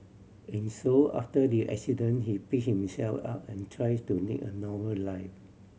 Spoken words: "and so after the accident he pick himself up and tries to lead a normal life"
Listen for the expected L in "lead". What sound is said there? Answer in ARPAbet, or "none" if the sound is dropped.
N